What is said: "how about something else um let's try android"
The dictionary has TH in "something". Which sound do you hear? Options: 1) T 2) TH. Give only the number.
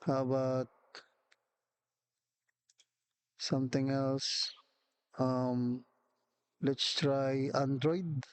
1